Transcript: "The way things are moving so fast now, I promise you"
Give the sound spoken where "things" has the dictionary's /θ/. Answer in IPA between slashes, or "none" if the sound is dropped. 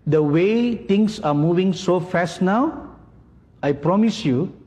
/t/